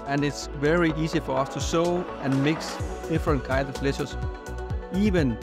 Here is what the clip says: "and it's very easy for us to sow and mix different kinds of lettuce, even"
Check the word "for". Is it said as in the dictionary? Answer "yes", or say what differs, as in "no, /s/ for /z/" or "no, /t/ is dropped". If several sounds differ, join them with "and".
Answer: yes